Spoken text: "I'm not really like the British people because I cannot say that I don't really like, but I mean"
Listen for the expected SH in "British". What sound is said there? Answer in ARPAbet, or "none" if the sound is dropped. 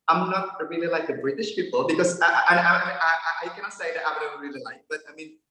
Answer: SH